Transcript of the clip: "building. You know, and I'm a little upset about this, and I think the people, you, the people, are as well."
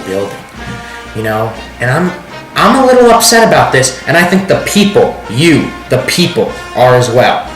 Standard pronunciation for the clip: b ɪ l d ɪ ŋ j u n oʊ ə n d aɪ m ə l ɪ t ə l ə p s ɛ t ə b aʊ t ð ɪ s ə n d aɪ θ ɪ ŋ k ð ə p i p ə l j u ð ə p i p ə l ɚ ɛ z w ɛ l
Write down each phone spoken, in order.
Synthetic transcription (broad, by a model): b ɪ l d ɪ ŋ j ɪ n oʊ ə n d aɪ m ə l ɪ t l ə p s ɛ t ə b aʊ t ð ɪ s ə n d aɪ θ ɪ ŋ k ð ə p i p l j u ð ə p i p l ɚ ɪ z w ɛ l